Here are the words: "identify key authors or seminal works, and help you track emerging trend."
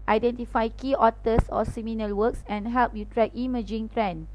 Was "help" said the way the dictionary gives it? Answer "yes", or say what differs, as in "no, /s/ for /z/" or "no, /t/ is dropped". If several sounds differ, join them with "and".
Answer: yes